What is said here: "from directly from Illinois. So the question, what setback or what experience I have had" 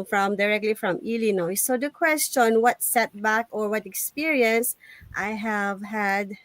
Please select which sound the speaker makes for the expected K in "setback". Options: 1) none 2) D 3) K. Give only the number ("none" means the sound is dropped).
3